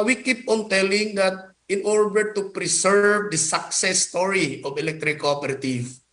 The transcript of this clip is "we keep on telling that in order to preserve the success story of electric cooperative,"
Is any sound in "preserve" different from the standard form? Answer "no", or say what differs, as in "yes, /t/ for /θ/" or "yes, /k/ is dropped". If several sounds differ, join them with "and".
yes, /s/ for /z/